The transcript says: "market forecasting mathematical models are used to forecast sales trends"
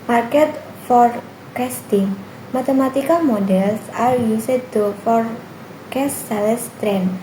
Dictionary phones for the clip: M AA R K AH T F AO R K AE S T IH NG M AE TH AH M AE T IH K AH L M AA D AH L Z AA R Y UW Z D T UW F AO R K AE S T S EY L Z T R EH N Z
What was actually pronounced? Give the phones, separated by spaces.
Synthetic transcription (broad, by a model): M AA R K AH T F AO R K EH S T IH NG M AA T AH M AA T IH K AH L M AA D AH L S AA R Y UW S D T UW F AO R K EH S S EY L S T R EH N